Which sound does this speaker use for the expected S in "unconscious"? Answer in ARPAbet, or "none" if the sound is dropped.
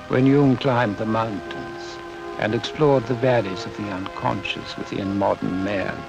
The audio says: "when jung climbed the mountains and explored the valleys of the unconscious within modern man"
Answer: S